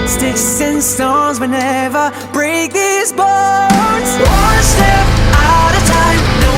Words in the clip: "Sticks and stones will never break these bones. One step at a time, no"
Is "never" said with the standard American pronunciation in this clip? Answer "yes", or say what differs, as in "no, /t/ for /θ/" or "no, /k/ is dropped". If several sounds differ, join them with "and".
yes